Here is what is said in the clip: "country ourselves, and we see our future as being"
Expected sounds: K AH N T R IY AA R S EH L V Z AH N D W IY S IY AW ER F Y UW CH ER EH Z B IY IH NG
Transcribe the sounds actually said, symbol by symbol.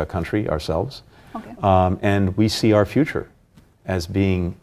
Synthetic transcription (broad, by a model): K AH N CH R IY AA R S EH L V Z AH N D W IY S IY AW ER F Y UW CH ER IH Z B IY IH NG